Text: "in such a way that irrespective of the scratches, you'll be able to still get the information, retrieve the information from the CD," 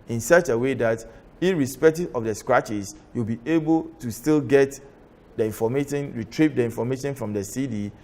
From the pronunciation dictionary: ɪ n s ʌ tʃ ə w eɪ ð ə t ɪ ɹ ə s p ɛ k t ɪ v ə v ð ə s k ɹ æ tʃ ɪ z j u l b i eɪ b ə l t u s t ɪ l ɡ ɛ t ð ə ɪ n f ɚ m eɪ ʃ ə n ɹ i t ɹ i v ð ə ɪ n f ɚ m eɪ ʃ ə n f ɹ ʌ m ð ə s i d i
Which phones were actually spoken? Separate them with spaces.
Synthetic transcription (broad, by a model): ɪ n s ʌ tʃ ə w eɪ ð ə t ɪ ɹ ə s p ɛ k t ɪ v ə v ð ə s k ɹ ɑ tʃ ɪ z j u l b i eɪ b ə l t u s t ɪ l ɡ ɛ t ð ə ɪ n f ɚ m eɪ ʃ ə n ɹ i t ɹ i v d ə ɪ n f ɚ m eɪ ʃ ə n f ɹ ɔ m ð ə s i d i